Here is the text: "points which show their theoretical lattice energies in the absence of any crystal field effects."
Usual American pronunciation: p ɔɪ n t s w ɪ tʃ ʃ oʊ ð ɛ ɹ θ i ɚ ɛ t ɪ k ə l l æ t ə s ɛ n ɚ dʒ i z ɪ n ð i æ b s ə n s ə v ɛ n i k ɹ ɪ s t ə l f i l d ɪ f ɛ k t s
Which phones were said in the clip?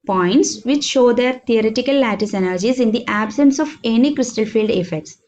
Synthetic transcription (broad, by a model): p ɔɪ n t s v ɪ tʃ ʃ oʊ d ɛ ɹ t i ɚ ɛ t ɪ k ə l l æ t ə s ɛ n ɚ dʒ i z ɪ n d i æ b s ə n s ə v ɛ n i k ɹ ɪ s t ə l f i l d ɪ f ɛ k t s